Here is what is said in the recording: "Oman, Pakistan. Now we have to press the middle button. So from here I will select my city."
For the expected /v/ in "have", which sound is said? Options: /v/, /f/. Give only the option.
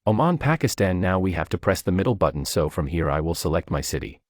/f/